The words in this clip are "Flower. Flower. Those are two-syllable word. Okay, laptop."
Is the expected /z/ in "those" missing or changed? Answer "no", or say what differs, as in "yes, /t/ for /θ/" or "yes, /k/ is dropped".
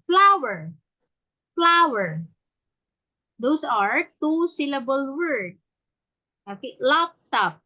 yes, /s/ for /z/